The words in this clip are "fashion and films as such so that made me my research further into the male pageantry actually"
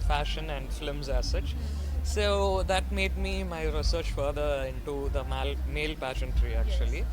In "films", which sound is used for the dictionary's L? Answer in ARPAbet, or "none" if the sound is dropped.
none